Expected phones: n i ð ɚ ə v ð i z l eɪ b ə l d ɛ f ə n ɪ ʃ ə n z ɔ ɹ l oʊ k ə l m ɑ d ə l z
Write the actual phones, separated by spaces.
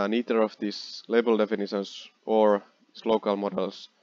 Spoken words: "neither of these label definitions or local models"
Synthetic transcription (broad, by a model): n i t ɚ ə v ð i s l eɪ b ə l d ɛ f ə n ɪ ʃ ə n s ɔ ɹ l oʊ k ə l m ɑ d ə l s